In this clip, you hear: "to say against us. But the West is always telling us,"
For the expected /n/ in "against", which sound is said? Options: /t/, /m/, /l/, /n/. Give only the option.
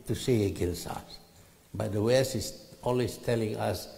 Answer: /l/